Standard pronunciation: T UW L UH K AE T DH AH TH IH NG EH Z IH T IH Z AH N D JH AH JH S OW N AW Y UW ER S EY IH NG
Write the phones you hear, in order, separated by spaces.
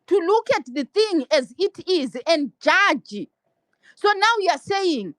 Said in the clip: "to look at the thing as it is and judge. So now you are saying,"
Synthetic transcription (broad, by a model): T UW L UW K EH T DH AH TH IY NG EH Z IH T IH Z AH N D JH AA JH S OW N AW Y UW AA S EY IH NG